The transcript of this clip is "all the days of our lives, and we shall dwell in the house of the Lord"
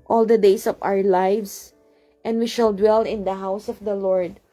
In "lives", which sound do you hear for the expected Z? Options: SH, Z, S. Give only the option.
S